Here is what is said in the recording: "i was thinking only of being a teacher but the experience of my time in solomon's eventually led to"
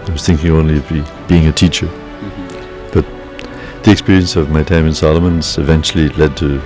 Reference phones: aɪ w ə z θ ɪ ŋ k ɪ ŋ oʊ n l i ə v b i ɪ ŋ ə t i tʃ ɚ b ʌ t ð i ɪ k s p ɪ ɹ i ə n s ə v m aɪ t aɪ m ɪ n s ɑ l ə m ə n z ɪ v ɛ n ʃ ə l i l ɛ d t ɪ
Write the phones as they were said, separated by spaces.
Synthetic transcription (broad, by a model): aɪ w ə z θ ɪ ŋ k ɪ ŋ oʊ n l i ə v b i ɪ ŋ ə t i tʃ ɚ b ʌ t ð i ɪ k s p ɪ ɹ i ə n s ə v m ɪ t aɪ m ɪ n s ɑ l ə m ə n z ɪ v ɛ n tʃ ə l i l ɛ d t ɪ